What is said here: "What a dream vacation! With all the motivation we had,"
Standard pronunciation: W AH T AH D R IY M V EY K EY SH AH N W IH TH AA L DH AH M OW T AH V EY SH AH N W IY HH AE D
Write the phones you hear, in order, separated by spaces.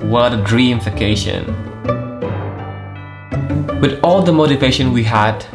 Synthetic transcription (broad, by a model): W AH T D R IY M F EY K EY SH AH N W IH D AA L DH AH M OW T AH V EY SH AH N W IY HH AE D